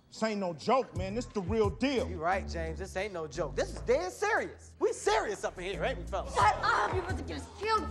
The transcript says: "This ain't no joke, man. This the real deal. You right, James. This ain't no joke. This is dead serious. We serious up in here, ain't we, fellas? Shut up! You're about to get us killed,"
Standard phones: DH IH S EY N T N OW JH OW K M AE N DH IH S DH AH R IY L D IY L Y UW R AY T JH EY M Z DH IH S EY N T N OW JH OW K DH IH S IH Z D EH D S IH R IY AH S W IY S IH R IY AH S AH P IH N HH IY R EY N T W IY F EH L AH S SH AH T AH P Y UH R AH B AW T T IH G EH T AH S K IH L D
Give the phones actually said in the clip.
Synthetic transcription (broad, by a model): S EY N N OW JH OW K M AE N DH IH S DH AH R IY L D IY L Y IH R AY T JH EY M Z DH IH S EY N N OW JH OW K DH IH S IH Z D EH S IH R IY AH S W IY S IH R IY AH S AH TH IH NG HH IY R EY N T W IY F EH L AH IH AH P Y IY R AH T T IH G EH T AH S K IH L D